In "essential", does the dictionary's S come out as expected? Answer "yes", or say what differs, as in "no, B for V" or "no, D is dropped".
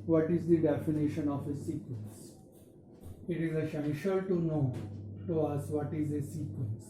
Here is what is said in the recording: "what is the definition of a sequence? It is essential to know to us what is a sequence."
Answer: no, SH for S